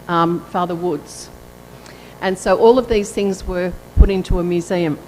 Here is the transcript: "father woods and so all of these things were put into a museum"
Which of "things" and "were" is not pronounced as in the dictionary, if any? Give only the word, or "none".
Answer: none